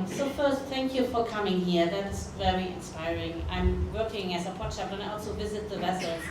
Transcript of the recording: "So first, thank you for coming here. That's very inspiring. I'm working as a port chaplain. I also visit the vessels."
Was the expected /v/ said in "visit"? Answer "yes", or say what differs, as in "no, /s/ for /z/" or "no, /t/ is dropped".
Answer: yes